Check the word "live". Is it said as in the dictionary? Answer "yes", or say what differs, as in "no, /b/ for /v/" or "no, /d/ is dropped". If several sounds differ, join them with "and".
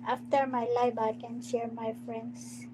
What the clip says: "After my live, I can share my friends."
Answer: no, /b/ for /v/